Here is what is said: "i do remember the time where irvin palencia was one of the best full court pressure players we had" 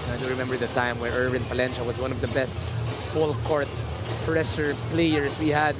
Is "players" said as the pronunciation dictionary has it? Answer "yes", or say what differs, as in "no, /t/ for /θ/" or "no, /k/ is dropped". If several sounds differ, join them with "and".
no, /s/ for /z/